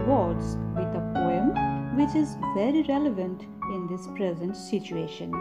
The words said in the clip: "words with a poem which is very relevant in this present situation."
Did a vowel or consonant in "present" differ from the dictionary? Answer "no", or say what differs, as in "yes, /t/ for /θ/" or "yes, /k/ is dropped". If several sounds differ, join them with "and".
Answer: no